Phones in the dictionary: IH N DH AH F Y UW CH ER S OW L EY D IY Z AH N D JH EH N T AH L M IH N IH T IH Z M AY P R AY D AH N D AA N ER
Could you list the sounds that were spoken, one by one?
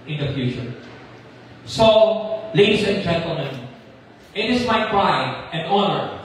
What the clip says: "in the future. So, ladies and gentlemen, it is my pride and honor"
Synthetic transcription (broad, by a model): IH N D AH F Y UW SH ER S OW L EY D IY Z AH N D JH EH N T AH L M IH N IH T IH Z M AY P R AY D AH N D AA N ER